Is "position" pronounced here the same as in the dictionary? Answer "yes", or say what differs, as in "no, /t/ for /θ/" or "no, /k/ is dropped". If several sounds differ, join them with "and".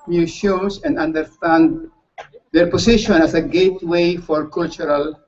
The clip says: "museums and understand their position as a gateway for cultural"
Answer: no, /s/ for /z/